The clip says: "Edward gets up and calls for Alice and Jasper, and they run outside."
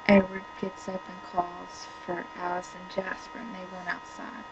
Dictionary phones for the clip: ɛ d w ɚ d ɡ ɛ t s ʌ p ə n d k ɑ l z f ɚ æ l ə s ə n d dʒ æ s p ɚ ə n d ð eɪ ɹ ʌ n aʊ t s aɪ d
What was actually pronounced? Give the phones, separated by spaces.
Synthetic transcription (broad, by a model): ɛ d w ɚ d ɡ ɛ t s ʌ p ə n k ɑ l z f ɚ æ l ə s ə n dʒ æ s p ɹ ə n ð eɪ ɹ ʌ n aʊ t s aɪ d